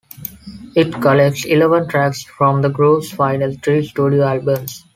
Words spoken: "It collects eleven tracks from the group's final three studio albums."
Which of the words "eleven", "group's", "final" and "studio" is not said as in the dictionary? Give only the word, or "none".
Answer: group's